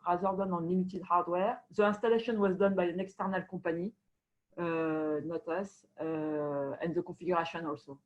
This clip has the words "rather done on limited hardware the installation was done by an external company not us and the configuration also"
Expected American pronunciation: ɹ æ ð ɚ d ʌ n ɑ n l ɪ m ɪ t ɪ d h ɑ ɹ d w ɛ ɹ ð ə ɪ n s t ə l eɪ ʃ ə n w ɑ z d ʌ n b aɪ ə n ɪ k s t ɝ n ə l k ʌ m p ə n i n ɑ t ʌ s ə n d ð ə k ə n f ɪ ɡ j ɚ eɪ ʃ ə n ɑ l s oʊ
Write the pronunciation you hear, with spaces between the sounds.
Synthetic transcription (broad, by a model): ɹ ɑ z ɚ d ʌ n ɑ n l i m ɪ t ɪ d h ɑ ɹ d w ɛ ɹ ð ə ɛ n s t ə l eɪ ʃ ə n w ɑ z d ʌ n b aɪ ə n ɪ k s t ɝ n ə l k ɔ p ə n i n ɑ t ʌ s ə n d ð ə k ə f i ɡ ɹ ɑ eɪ ʃ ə n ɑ l s oʊ